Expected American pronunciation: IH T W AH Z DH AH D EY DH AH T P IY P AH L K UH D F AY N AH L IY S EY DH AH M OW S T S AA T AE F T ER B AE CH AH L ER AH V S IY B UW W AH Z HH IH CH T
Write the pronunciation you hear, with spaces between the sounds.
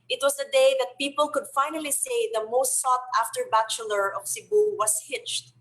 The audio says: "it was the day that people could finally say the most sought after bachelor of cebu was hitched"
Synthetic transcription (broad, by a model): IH T W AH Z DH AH D EY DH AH T P IY P AH L K UH D F AY N AH L IY S EY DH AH M OW S T S AA T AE F T ER B AE CH AH L ER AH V S IY B UW W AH S HH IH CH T